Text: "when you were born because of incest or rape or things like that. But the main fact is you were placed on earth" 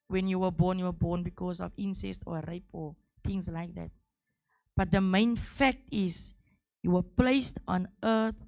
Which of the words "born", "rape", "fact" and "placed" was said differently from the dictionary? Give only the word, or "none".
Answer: born